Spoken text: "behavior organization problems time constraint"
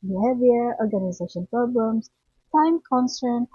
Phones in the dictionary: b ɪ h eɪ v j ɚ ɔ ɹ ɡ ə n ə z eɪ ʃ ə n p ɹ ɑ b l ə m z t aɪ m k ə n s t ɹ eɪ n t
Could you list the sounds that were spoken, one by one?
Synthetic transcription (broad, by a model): b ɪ h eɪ v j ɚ ɔ ɹ ɡ ə n ə z eɪ ʃ ə n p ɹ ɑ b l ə m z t aɪ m k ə n s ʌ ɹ n